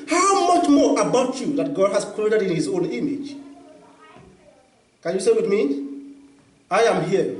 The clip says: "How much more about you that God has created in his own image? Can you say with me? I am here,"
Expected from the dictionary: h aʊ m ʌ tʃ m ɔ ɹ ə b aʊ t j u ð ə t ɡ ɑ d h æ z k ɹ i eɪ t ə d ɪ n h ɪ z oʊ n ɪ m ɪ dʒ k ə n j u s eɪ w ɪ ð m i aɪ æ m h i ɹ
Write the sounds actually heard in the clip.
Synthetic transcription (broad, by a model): h aʊ m ʌ tʃ m ɔ ɹ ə b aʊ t j u ð ə t ɡ ɑ d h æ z k ɹ i eɪ t ə d ɪ n h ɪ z oʊ n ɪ m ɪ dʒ k ə n j u s eɪ w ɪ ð m i aɪ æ m h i